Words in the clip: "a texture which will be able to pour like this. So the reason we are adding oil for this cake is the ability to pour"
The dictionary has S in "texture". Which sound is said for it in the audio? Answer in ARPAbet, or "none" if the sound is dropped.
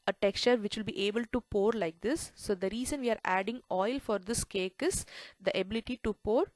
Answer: S